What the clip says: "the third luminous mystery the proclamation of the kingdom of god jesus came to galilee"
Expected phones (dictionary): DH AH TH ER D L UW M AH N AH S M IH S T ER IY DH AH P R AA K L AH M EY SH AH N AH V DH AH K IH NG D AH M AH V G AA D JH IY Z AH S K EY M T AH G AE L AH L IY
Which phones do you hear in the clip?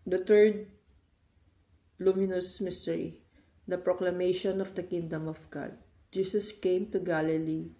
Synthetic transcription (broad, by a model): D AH T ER D L UW M AH N AH S M IH S T ER IY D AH P R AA K L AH M EY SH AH N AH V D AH K IH NG D AH M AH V G AA D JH IY S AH S K EY M T AH G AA L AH L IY